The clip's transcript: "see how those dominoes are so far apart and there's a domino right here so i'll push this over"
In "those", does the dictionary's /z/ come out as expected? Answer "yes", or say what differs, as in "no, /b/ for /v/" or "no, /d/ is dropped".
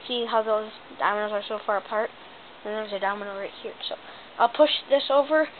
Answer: yes